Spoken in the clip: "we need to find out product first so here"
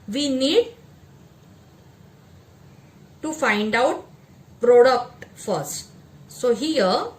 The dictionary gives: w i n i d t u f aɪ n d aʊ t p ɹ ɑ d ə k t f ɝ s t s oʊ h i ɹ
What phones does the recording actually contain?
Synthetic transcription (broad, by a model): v i n i d t u f aɪ n d aʊ t p ɹ ɑ d ə k t f ɝ s t s oʊ h i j